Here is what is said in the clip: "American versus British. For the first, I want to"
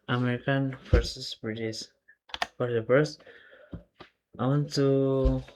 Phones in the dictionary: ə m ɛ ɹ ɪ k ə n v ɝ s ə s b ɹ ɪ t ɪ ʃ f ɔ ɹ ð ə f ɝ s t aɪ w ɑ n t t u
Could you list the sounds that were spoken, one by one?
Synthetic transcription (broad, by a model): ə m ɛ ɹ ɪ k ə n f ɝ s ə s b ɹ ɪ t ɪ s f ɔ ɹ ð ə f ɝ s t aɪ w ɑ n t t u